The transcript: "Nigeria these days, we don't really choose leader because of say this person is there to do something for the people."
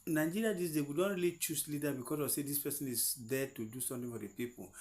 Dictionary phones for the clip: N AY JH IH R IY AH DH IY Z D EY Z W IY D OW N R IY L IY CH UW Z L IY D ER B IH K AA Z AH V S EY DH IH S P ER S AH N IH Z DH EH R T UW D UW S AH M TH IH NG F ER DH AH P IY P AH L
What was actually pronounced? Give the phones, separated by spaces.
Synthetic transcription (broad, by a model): N AY JH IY R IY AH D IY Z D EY W IY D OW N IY L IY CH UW S L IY D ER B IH K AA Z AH S EY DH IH S P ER S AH N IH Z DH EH T UW D UW S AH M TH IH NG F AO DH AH P IY P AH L